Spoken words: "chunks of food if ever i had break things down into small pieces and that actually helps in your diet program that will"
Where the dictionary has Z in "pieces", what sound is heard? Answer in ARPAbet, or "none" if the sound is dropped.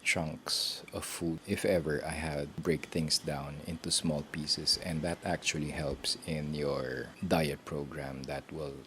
S